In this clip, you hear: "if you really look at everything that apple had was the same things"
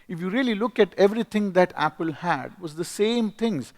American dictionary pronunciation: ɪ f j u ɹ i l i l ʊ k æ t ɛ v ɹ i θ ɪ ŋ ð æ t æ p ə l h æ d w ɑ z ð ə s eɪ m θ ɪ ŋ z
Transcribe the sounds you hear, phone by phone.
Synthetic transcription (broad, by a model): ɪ f j u ɹ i l i l ʊ k æ t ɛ v ɹ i t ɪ ŋ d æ t æ p ə l h æ d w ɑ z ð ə s eɪ m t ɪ ŋ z